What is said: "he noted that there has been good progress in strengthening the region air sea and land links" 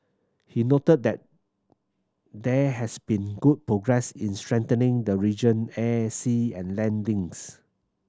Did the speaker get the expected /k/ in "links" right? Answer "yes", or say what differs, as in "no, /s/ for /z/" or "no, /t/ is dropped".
no, /k/ is dropped